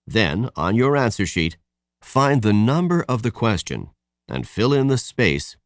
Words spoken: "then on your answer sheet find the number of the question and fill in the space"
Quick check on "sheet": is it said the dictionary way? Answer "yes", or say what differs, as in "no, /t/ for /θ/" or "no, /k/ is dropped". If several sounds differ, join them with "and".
yes